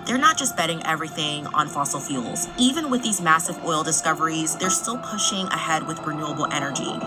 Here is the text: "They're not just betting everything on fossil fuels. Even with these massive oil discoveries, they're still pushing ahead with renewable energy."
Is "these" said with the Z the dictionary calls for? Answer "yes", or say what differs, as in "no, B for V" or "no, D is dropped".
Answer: yes